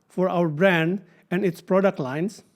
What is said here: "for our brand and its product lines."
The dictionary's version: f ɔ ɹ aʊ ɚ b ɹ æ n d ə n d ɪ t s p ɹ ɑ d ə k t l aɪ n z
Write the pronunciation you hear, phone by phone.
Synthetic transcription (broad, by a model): f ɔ ɹ aʊ ɚ b ɹ æ n d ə n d ɪ t s p ɹ ɑ d ə k t l aɪ n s